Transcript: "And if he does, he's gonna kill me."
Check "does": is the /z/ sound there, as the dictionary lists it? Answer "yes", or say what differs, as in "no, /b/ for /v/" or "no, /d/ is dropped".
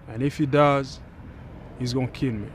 yes